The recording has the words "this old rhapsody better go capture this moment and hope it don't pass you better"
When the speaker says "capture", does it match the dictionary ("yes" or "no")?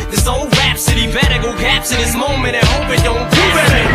no